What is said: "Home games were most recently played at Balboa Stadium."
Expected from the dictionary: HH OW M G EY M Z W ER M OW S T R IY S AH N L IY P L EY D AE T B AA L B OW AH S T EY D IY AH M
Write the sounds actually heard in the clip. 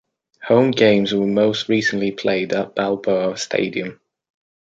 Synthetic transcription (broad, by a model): HH OW M G EY M Z W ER M OW S T R IY S AH N L IY P L EY D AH T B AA L B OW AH S T EY D IY AH M